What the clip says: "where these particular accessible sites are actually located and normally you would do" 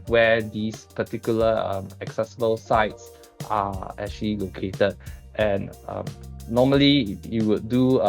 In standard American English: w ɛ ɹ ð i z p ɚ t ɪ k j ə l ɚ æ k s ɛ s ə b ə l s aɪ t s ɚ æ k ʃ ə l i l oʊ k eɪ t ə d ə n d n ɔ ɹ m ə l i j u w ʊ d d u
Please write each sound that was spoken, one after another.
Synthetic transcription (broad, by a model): w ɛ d i s p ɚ t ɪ k j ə l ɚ æ k s ɛ s ə b ə l s aɪ t s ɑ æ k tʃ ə l i l oʊ k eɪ t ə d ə n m n ɔ m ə l i j u w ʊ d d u